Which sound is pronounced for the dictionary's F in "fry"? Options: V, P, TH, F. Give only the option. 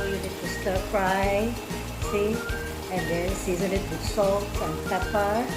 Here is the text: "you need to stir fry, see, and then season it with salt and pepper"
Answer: P